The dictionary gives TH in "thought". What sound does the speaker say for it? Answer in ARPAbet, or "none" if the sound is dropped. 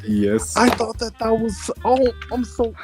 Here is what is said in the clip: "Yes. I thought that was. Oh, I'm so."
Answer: TH